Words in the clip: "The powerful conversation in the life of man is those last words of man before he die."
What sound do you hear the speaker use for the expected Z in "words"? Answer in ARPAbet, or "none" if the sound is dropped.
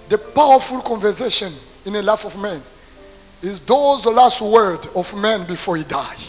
none